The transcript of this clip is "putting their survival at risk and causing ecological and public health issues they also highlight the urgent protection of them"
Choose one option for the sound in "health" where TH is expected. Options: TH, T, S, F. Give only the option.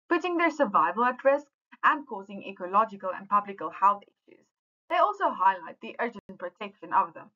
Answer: TH